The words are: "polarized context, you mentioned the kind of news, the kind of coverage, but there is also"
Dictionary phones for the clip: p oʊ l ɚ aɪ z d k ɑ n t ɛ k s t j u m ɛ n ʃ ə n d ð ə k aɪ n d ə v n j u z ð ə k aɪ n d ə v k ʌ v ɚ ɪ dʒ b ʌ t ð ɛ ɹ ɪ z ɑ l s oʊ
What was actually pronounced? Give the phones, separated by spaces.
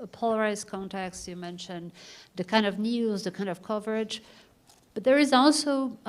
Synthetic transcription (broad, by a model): p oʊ l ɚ aɪ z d k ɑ n t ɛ k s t j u m ɛ n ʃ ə n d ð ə k aɪ n d ə v n j u z ð ə k aɪ n d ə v k ʌ v ɚ ɪ dʒ b ʌ t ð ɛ ɹ ɪ z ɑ l s oʊ